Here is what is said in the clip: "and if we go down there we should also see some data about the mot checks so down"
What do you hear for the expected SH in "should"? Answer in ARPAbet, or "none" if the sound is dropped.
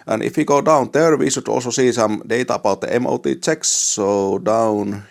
S